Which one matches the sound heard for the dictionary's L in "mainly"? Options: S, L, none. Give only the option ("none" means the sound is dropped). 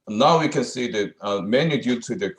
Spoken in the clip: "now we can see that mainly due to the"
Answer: none